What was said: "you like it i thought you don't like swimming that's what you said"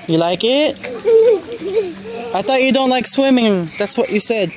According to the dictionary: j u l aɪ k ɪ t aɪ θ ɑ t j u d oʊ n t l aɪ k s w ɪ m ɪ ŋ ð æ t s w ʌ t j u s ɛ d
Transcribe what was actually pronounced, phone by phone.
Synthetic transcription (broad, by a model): j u l aɪ k ɪ t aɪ t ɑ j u d oʊ n t l aɪ k s w ɪ m ɪ ŋ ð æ t s w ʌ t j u s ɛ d